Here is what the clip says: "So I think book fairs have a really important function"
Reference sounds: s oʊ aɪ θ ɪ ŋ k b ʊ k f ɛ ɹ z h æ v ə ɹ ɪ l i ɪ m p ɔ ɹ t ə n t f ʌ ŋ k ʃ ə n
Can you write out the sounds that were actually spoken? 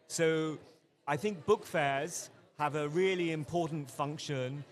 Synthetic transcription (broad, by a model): s oʊ aɪ θ ɪ ŋ k b ʊ k f ɛ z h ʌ v ə ɹ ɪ l i ɪ m p ɔ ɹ t n t f ʌ ŋ k ʃ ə n